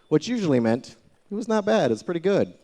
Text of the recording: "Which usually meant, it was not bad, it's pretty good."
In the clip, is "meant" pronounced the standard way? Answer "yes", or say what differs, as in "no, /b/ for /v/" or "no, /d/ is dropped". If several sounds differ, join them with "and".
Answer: yes